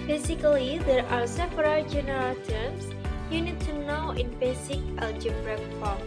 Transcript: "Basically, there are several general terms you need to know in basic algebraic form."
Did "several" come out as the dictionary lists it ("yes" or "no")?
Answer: no